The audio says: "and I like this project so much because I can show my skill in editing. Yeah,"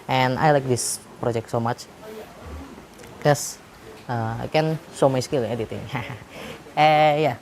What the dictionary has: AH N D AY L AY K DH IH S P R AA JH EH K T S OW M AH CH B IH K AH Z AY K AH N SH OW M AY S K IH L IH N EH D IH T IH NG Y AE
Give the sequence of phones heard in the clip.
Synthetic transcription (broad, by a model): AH N AY L AY K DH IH S P R AA JH EH K T S OW M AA CH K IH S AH AY K AH N S OW M AY S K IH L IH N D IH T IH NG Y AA